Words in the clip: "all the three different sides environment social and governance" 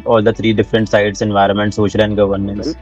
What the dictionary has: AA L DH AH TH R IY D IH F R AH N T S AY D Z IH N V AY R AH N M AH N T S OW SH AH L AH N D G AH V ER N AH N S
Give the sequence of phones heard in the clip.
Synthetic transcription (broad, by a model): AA L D AH T R IY D IH F R AH N T S AY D S IH N V AY R AH N M AH N T S OW SH AH L AH N D G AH V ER N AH N S